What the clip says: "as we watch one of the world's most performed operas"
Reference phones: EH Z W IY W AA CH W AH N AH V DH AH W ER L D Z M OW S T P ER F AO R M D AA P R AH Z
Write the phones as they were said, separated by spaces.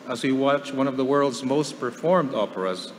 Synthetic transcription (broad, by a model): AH Z W IY W AA CH W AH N AH V DH AH W ER L D Z M OW S T P ER F AO R M D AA P R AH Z